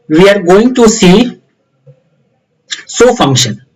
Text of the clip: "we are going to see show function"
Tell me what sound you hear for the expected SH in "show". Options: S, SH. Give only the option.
S